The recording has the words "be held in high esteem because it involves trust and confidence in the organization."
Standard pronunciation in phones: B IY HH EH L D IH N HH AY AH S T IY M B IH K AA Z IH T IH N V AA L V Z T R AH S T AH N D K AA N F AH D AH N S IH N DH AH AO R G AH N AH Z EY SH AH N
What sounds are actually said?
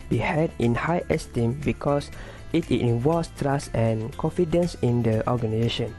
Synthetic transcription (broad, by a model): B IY HH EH D IH N HH AY AH S T IY M B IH K AA S IH T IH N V AA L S T R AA S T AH N K AA N F AH D AH N S IH N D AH AO G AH N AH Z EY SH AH N